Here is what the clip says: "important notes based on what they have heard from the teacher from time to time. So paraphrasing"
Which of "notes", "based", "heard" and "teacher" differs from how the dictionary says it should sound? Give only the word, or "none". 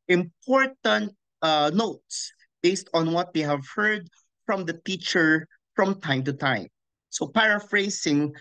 none